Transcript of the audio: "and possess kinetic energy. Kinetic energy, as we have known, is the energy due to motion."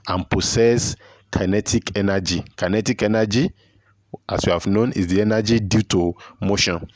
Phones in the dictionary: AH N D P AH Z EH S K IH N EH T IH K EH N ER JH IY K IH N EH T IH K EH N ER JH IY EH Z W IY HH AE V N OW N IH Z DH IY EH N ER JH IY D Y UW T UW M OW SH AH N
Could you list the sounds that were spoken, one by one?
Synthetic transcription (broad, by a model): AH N P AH S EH S K IH N EH T IH K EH N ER JH IY K IH N EH T IH K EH N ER JH IY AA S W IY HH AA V N OW N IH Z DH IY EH N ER JH IY D Y UW T UW M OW SH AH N